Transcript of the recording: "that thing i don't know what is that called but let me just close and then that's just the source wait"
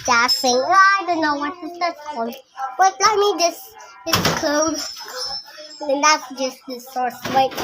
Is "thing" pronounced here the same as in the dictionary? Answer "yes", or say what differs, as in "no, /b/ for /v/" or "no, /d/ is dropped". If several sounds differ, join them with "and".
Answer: no, /f/ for /θ/